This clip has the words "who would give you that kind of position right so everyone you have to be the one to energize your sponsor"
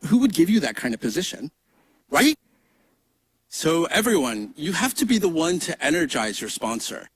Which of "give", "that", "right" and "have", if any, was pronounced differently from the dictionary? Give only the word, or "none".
have